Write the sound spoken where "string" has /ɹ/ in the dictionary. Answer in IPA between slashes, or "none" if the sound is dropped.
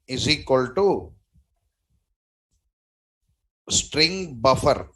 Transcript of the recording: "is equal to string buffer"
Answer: /ɹ/